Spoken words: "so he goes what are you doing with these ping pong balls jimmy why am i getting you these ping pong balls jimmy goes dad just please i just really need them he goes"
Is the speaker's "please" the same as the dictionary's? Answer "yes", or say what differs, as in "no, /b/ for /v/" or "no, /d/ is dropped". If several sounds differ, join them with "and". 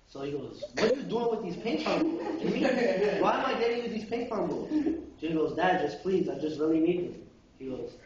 yes